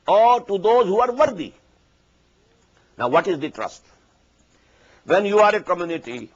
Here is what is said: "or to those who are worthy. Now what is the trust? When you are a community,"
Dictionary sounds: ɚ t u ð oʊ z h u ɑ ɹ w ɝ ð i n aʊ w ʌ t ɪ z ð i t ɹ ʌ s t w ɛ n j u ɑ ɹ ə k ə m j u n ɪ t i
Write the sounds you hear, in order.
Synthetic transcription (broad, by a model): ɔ t u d oʊ z h u ɑ ɹ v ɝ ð i n aʊ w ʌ t ɪ z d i t ɹ ʌ s t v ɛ n j u ɑ ɹ ə k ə m j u n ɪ t i